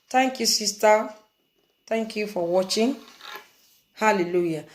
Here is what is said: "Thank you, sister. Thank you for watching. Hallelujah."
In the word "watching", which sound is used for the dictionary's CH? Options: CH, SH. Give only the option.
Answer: CH